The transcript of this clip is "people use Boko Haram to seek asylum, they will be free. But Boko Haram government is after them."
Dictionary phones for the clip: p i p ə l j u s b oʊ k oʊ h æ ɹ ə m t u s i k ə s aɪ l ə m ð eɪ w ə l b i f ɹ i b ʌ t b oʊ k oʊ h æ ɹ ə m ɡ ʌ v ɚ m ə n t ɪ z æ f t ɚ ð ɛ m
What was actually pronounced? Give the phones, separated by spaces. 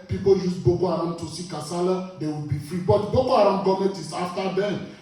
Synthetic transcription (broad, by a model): p i p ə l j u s b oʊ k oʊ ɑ ɹ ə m t u s i k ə s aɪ l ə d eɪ w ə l b i f ɹ i b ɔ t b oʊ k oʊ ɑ ɹ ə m ɡ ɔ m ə t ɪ s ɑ f t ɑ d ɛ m